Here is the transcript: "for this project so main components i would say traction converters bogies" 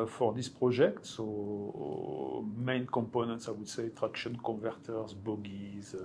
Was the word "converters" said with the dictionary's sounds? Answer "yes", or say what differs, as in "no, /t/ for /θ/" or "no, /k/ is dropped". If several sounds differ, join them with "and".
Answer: no, /n/ is dropped